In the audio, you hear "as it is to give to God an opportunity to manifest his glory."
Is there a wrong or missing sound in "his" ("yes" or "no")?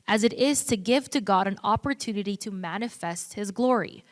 no